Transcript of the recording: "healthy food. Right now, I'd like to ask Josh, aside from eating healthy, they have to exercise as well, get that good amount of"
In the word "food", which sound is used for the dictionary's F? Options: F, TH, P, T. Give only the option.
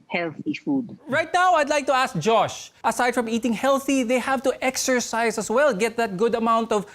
F